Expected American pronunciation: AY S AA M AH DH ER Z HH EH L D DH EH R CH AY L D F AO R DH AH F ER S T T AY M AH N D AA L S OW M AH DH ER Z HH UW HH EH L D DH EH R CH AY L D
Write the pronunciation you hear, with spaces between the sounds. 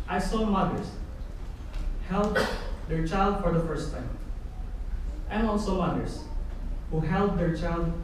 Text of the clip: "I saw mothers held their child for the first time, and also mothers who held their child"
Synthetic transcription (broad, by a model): AY S AA M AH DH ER S HH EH L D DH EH R CH AY L D F AO R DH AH F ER S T T AY M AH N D AA L S OW M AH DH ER S HH UW HH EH L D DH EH R CH AY L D